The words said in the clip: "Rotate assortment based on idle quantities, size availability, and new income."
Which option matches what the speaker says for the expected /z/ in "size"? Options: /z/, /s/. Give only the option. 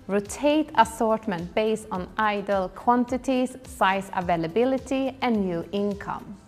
/s/